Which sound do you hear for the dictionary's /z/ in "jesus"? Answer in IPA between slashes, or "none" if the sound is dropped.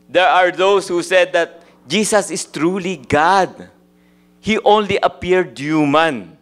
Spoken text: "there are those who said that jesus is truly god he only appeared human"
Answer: /s/